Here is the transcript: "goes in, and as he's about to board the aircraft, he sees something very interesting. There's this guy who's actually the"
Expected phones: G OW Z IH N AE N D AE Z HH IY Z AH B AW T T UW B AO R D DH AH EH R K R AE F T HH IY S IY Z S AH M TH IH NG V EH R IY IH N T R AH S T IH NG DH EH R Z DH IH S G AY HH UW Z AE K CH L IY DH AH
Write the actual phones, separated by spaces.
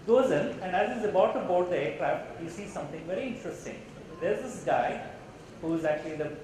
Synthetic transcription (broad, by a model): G OW Z IH N AE N D AE Z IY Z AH B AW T T UW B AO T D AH EH R K R AE F T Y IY S IY S AH M T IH NG V EH R IY IH N T R AH S T IH NG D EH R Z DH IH S G AY HH UW Z AE K CH L IY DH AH